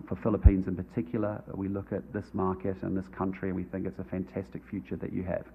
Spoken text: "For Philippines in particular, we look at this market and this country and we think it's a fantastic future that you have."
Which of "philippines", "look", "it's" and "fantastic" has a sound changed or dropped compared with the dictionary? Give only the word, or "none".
none